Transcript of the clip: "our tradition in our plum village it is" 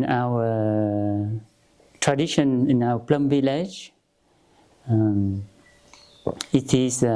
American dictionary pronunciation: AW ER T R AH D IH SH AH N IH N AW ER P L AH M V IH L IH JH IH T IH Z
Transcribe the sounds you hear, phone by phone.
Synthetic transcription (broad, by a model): AW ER T R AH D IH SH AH N IH N AW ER P L AH M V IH L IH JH IH T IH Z